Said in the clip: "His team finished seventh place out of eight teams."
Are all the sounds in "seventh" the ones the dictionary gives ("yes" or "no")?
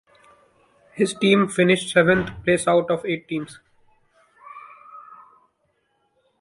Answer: no